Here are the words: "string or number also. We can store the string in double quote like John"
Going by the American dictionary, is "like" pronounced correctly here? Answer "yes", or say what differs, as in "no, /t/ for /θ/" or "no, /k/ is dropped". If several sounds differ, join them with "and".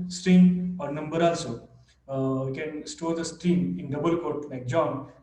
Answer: no, /n/ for /l/